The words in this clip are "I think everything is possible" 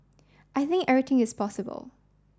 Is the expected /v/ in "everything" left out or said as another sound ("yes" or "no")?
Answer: yes